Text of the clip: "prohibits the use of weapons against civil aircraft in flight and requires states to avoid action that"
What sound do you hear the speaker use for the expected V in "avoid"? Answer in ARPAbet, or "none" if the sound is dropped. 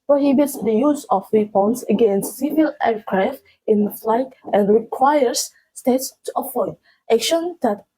F